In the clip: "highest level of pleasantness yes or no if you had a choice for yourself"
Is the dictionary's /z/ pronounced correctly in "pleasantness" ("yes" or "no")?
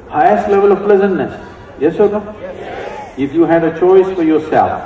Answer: yes